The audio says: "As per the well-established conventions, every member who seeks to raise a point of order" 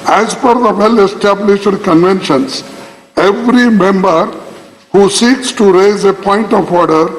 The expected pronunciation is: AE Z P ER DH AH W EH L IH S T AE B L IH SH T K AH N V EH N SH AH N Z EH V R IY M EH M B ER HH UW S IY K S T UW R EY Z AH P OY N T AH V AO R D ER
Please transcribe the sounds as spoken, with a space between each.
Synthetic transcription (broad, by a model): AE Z F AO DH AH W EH L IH S T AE B L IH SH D K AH N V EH N SH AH N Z EH V R IY M EH M B ER HH UW S IY K S T UW R EY Z AH P OY N T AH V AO R D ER